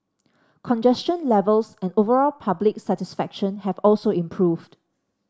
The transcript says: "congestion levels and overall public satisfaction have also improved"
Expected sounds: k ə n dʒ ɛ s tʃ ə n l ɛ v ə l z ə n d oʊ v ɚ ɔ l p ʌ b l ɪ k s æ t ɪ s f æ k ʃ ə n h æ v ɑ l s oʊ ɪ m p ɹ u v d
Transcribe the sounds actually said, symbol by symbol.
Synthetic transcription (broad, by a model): k ə n dʒ ɛ s tʃ ə n l ɛ v ə l s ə n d oʊ v ɚ ɔ l p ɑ b l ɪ k s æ t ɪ s f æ k ʃ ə n h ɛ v ɑ l s oʊ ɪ m p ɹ u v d